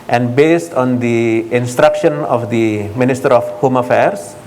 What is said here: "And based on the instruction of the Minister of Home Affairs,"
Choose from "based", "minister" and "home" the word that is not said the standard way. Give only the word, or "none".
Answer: none